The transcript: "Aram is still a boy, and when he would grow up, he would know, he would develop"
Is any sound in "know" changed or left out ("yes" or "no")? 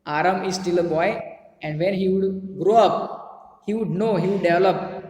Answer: no